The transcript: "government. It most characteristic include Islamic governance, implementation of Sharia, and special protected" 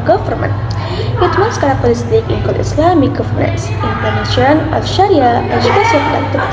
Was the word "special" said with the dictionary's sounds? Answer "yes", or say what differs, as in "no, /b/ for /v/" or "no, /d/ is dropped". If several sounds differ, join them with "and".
no, /s/ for /ʃ/